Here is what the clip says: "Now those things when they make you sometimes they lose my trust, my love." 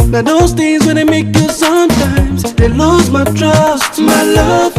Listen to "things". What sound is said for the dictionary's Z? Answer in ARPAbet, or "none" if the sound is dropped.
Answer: Z